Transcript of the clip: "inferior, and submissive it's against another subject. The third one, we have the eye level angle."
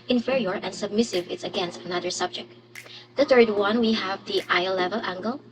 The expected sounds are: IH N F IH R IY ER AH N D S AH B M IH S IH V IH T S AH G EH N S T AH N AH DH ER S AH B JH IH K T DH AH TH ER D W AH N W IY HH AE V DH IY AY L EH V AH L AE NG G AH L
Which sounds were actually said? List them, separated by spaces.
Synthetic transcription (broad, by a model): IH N F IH R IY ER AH N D S AH B M IH S IH V IH T S AH G EH N S T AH N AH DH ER S AH B JH IH K T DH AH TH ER D W AH N W IY HH AE V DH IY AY L EH V AH L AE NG G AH L